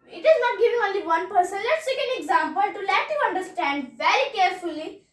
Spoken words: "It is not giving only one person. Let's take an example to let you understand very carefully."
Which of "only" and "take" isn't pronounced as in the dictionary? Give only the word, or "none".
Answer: none